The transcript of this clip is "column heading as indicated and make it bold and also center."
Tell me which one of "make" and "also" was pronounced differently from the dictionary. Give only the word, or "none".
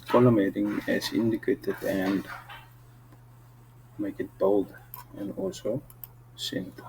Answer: also